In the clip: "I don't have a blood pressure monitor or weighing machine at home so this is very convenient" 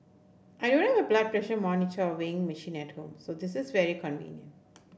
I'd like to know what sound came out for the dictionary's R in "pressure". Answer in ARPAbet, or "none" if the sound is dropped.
R